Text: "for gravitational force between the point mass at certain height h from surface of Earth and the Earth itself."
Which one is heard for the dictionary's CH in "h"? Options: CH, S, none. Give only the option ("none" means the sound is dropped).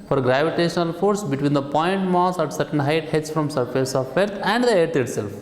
S